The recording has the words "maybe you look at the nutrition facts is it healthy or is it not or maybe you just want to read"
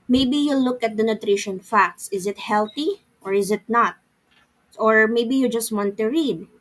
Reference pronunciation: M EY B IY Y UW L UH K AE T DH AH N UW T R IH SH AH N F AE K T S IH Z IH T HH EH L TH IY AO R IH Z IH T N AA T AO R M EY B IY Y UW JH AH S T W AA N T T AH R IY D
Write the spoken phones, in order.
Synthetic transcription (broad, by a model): M EY B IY Y UW L UH K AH T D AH N UW T R IH SH AH N F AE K T S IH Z IH T HH EH L T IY AO R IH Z IH T N AA T AO R M EY B IY Y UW JH AH S T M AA N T T AH R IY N